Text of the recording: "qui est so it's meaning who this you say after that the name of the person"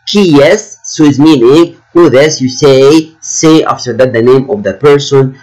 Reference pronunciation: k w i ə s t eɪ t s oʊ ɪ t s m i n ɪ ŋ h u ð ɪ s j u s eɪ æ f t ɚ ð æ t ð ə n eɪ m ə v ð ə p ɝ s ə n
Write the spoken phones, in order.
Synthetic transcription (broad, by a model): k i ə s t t s oʊ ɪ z m i n ɪ ŋ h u ð ɪ s j u s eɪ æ f t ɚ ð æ t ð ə n eɪ m ə v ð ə p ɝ s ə n